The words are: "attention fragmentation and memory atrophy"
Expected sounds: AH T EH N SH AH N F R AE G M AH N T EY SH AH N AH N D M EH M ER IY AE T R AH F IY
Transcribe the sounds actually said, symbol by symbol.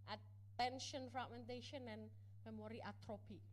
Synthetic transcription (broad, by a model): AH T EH N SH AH N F AA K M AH N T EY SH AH N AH N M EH M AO IY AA T R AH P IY